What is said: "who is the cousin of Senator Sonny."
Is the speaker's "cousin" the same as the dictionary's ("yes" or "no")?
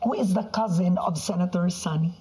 yes